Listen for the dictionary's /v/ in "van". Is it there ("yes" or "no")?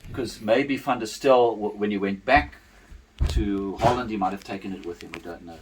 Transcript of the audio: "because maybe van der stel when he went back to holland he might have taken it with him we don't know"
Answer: no